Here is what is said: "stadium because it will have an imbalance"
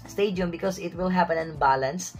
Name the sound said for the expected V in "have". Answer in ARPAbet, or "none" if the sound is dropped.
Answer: P